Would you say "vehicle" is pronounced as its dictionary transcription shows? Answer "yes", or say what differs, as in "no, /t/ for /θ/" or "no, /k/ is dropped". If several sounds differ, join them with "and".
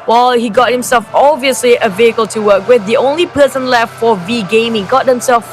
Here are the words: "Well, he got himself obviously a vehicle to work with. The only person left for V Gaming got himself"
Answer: yes